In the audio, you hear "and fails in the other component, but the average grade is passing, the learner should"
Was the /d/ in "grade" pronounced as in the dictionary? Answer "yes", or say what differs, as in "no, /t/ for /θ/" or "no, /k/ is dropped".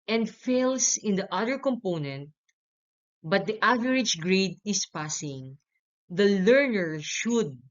yes